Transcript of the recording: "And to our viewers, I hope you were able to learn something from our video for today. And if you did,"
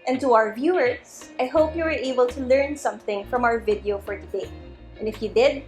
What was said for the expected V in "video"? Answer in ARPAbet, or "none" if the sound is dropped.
V